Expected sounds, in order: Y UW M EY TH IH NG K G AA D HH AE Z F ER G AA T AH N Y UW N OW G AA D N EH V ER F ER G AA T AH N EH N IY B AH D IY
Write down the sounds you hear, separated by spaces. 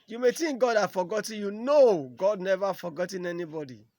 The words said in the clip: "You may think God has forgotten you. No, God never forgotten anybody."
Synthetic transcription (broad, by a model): Y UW M EY T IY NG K G AA D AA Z F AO G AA T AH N Y UW N OW G AA D N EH V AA F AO G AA T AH N EH N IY B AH D IY